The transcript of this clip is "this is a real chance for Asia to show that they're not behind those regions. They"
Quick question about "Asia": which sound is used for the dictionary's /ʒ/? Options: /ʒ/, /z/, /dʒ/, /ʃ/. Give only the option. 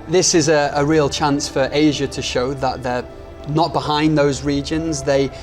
/ʒ/